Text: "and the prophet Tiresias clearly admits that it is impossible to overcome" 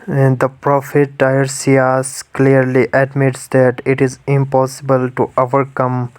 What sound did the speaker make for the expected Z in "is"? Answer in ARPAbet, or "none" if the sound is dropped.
Z